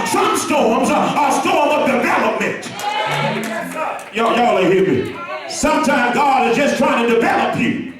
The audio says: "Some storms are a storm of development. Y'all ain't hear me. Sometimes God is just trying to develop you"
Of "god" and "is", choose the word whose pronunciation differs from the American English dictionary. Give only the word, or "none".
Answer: none